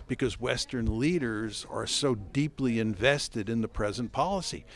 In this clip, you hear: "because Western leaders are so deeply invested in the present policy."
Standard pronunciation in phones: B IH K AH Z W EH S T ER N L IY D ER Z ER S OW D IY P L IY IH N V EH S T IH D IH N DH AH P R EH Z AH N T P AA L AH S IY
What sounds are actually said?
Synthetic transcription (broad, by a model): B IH K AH Z W EH S T ER N L IY D ER Z ER S OW D IY P L IY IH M V EH S T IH D IH N DH AH P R EH Z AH N P AA L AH S IY